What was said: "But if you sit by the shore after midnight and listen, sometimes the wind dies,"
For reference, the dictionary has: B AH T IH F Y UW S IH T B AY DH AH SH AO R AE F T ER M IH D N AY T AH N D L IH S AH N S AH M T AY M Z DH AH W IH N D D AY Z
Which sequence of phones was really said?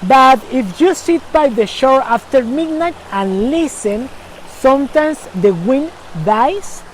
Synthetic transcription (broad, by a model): B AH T IH F Y UW S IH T B AY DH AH SH AO R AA F T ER M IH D N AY T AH N L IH S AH N S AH M T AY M S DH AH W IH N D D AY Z